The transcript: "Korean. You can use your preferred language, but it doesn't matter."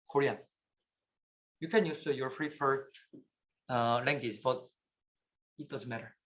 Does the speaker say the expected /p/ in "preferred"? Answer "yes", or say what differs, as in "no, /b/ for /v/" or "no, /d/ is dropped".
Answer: no, /f/ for /p/